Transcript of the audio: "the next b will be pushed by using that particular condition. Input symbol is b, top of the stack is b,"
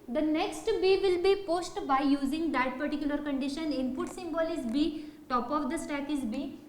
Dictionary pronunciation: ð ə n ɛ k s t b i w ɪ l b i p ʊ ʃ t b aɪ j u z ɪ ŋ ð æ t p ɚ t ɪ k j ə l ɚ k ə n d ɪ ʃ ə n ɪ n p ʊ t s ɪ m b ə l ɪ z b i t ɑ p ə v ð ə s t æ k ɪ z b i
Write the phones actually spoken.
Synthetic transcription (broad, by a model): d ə n ɛ k s t b i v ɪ l b i p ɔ s t b aɪ j u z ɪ ŋ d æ t p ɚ t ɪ k j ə l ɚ k ə n d ɪ ʃ ə n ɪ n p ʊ t s ɪ m b ə l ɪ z b i t ɑ p ə v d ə s t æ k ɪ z b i